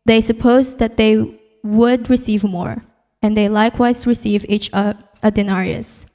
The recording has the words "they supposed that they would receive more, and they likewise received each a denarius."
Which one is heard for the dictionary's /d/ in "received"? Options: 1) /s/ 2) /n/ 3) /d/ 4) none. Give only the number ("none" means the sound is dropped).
4